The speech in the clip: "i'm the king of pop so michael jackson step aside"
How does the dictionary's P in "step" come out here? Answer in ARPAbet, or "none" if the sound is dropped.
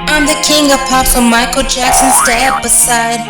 B